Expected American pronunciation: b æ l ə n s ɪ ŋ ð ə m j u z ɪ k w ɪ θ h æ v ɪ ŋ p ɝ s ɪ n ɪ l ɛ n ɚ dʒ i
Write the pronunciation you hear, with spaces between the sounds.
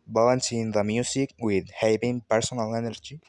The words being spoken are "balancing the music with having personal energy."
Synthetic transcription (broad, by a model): b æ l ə n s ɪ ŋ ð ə m j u s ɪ k w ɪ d h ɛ p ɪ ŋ p ɝ s ɪ n ɪ l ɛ n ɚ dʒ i